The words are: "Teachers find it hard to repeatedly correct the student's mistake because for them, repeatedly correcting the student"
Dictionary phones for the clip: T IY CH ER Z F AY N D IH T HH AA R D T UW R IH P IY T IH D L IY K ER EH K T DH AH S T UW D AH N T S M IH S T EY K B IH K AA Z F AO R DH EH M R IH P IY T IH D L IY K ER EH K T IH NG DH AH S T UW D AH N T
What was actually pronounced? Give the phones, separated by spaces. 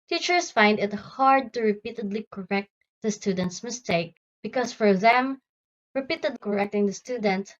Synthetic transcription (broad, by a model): T IY CH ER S F AY N D IH T HH AA R D T UW R IH P IY T IH D L IY K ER EH K T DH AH S T UW D AH N T S M IH S T EY K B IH K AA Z F AO R DH EH M R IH P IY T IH D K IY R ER EH K T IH NG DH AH S T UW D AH N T